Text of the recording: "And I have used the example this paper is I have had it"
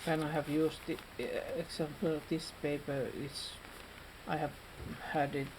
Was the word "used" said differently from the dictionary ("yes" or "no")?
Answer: yes